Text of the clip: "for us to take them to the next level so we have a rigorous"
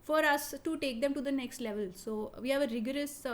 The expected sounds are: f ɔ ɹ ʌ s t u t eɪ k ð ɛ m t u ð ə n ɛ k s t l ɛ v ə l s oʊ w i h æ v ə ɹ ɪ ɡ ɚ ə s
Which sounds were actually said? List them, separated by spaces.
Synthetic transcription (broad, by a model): f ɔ ɹ ʌ s t u t eɪ k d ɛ m t u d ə n ɛ k s t l ɛ v ə l s oʊ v i h æ v ə ɹ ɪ ɡ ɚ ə s